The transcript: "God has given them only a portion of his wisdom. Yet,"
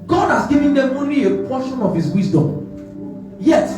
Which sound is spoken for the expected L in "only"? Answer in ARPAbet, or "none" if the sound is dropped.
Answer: none